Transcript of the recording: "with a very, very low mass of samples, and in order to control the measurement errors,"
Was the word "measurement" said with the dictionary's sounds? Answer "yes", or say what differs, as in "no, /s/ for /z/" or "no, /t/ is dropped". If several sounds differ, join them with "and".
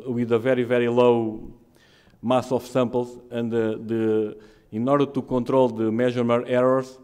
no, /n/ is dropped